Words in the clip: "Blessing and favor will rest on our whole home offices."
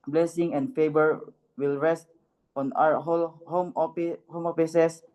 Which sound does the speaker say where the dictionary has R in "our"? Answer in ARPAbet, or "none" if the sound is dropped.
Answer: L